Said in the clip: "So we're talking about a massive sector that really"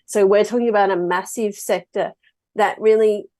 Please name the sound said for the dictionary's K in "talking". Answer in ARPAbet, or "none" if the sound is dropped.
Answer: K